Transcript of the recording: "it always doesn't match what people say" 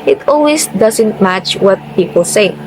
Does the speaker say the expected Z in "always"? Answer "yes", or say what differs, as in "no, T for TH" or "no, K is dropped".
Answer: no, S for Z